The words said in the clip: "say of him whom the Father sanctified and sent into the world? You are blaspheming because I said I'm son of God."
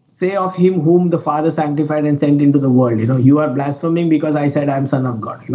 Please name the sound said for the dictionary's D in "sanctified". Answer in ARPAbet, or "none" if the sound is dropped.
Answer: D